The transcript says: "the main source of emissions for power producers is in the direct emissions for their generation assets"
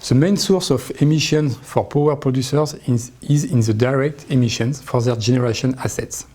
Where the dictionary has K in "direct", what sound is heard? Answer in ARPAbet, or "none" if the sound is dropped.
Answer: K